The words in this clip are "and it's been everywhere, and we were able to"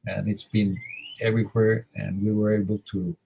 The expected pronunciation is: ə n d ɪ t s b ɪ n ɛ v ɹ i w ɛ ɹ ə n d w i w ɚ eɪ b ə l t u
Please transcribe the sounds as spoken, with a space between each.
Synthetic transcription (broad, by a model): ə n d ɪ t s b ɪ n ɛ v ɹ i w ɛ ɹ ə n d w i w ɚ eɪ b ə l t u